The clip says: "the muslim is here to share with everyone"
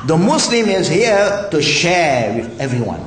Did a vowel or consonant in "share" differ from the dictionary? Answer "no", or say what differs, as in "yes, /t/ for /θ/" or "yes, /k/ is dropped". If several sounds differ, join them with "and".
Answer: no